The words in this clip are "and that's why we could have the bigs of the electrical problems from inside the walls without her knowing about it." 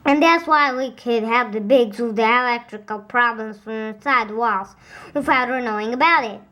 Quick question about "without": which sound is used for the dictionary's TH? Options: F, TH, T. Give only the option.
F